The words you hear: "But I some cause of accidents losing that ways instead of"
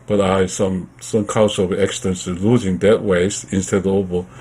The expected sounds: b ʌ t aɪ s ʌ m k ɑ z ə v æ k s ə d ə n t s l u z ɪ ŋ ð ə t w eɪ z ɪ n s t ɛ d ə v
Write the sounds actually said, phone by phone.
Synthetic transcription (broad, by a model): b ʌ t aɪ s ʌ m k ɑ s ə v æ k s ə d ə n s l u z ɪ ŋ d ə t w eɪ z ɪ n s t ɛ d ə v